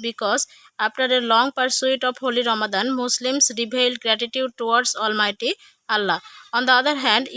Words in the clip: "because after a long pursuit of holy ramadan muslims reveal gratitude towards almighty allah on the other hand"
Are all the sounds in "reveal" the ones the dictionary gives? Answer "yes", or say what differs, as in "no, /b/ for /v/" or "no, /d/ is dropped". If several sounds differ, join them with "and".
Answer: no, /b/ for /v/